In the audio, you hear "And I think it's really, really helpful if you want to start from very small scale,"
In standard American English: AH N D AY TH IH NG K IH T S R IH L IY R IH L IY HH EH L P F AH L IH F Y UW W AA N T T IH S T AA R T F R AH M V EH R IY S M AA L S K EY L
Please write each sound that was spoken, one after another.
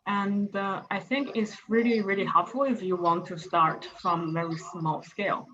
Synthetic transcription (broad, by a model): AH N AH AY TH IH NG K IH T S R IH L IY R IH L IY HH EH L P F L IH F Y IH W AA N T T IH S T AA R T F R AH M V EH R IY S M AA L S K EY L